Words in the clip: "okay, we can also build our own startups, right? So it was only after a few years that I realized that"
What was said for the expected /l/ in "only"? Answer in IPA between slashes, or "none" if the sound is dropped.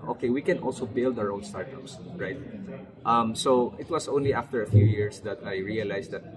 /l/